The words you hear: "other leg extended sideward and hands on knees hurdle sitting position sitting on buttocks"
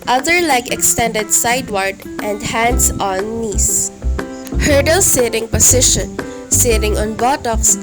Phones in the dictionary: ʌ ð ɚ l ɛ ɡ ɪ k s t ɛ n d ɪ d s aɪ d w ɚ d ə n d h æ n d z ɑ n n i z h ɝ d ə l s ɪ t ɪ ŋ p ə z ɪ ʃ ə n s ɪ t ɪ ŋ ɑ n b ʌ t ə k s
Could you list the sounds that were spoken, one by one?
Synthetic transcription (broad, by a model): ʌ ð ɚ l ɛ ɡ ɪ k s t ɛ n d ɪ d s aɪ d w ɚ d ə n d h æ n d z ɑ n n i s h ɝ d ə l s ɪ t ɪ ŋ p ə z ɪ ʃ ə n s ɪ t ɪ ŋ ɑ n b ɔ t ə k s